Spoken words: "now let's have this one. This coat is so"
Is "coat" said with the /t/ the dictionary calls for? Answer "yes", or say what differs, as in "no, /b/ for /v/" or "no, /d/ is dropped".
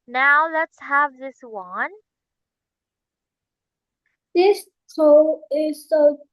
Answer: no, /t/ is dropped